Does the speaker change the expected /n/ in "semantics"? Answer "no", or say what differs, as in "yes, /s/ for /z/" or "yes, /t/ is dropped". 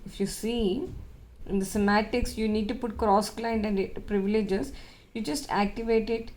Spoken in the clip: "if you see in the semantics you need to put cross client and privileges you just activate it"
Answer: yes, /n/ is dropped